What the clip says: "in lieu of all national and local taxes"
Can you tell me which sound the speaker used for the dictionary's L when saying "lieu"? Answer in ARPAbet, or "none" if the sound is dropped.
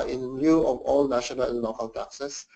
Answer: N